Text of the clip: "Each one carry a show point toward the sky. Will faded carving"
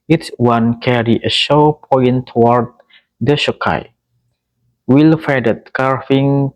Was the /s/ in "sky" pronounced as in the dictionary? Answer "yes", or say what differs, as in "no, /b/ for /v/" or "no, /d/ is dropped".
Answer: no, /ʃ/ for /s/